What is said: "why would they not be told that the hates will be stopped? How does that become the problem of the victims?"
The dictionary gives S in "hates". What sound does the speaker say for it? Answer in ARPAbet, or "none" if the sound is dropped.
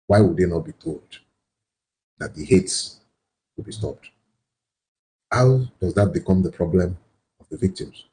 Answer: S